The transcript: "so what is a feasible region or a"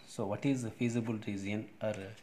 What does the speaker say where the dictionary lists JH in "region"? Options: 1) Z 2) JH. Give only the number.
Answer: 1